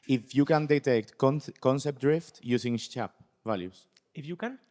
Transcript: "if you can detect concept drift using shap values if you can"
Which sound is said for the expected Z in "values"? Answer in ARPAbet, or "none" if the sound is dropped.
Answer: S